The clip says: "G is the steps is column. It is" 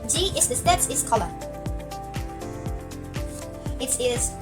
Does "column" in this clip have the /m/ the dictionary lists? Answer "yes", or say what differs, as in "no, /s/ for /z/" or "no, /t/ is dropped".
no, /m/ is dropped